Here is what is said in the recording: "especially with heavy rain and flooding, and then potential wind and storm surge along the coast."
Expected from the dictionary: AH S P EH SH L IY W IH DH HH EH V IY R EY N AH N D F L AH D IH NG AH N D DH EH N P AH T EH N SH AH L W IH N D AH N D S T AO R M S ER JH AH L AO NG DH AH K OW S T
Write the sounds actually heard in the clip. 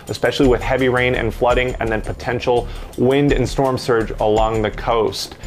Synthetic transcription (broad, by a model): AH S P EH SH L IY W IH DH HH EH V IY R EY N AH N F L AH D IH NG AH N DH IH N P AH T EH N SH L W IH N D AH N S T AO R M S ER JH AH L AO NG DH AH K OW S T